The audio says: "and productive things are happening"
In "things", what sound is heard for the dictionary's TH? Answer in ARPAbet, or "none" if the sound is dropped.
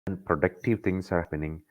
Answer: T